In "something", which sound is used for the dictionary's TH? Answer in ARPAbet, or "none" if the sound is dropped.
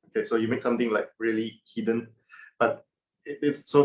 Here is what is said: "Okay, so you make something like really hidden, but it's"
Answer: T